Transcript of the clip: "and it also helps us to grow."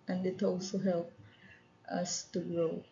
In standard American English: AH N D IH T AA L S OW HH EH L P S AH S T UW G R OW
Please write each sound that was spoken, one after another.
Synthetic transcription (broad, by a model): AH N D IH T AA L S OW HH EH L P AH S T UW G R OW